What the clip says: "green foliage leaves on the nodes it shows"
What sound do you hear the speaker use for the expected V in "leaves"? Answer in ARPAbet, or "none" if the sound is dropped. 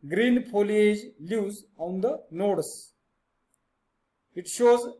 none